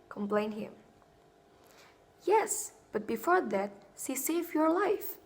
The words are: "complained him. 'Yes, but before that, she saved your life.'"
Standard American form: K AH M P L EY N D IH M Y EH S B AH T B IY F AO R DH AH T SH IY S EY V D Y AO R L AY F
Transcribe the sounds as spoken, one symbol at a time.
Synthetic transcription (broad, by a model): K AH M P L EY N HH IH M Y EH S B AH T B IY F AO R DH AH T S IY S EY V Y AO R L AY F